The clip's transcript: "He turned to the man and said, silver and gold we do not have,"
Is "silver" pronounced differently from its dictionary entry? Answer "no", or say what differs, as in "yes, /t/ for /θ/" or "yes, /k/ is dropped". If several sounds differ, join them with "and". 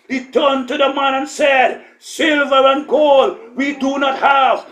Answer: no